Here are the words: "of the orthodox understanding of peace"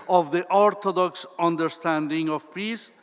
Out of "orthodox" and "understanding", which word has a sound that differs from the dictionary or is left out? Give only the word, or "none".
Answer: orthodox